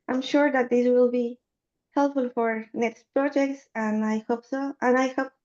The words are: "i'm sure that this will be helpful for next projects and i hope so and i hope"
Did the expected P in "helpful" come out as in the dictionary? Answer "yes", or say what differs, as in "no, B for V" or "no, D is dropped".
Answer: yes